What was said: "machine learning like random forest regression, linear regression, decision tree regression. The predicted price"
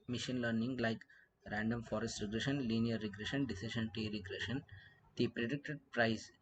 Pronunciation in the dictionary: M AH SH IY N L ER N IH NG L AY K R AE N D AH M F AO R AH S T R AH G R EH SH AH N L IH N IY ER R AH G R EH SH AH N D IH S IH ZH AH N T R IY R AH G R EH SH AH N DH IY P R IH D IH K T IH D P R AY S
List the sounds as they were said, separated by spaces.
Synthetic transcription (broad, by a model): M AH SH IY N L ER N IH NG L AY K R AE N D AH M F AO R AH S T R AH G R EH SH AH N L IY N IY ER R AH G R EH SH AH N D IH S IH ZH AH N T IY R AH G R EH SH AH N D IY P R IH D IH K T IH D P R AY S